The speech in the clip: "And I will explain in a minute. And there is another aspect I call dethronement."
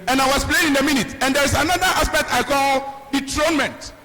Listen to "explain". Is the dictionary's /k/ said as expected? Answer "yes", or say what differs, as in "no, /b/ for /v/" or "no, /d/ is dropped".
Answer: no, /k/ is dropped